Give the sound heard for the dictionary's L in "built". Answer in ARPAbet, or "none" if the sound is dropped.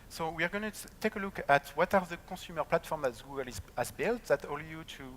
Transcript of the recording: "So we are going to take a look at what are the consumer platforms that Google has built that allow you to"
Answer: L